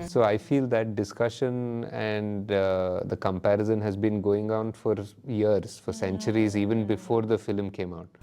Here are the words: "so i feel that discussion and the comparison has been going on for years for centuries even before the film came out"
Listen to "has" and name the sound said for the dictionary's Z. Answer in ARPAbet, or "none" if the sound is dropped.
Z